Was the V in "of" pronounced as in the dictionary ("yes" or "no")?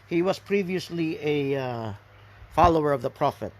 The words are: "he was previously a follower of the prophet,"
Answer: yes